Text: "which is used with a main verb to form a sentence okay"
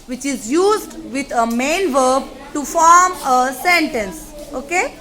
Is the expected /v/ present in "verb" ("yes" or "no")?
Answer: yes